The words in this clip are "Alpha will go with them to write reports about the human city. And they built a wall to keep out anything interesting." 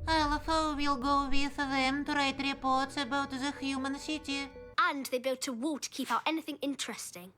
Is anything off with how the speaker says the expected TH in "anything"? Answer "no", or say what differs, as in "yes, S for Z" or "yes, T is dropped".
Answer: no